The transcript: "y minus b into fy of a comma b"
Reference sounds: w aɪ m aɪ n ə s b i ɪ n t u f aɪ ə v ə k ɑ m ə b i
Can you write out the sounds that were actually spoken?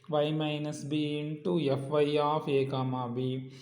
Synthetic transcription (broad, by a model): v aɪ m aɪ n ə s b i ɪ n t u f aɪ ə f ə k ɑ m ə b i